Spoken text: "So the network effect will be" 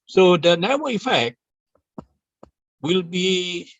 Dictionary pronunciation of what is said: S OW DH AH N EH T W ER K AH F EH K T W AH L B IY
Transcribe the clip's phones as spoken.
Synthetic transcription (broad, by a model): S OW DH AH N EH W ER AH F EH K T W AH L B IY